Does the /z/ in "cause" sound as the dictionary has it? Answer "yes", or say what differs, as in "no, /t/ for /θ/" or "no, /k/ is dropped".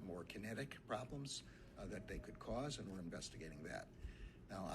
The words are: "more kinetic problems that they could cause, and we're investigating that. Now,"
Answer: yes